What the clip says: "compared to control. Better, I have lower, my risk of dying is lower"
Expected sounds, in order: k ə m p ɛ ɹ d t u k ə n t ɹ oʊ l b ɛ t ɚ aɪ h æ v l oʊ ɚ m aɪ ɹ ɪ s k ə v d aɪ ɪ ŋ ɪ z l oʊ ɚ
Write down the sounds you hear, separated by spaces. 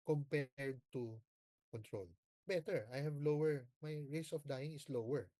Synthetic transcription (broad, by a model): k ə m p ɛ ɹ d t u k ə n t ɹ oʊ l b ɛ t ɚ aɪ h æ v l oʊ ɚ m aɪ ɹ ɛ s ə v d aɪ ɪ ŋ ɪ s l oʊ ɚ